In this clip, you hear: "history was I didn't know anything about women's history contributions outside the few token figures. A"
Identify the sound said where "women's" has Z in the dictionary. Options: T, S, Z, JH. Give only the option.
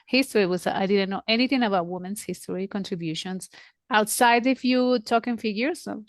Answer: S